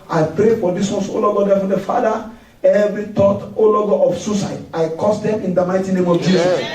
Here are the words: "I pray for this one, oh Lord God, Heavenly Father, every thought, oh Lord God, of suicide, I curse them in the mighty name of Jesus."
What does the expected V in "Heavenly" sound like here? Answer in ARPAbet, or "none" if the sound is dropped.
F